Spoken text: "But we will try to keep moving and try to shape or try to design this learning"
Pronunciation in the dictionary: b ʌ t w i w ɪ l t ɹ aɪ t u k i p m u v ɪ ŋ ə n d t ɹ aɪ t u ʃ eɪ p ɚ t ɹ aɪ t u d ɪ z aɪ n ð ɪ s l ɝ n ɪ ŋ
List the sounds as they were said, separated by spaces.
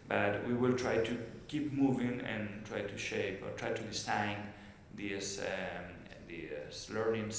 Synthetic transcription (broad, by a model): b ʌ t w i w ɪ l t ɹ aɪ t u k i p m u v ɪ ŋ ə n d t ɹ aɪ t u ʃ eɪ p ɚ t ɹ aɪ t u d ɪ s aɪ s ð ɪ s l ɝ n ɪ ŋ